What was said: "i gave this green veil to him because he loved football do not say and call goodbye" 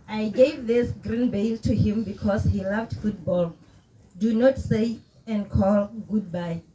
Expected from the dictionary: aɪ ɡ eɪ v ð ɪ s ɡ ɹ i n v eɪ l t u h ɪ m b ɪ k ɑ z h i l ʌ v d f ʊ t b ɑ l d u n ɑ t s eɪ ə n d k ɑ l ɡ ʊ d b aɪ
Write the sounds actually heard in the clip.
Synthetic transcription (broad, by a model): aɪ ɡ eɪ v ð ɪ s ɡ ɹ i n b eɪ l t u h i m b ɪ k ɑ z h i l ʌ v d f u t b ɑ l d u n ɑ t s eɪ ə n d k ɑ l ɡ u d b aɪ